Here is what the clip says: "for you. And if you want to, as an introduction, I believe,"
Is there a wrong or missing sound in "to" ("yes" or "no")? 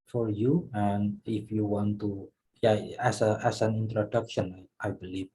yes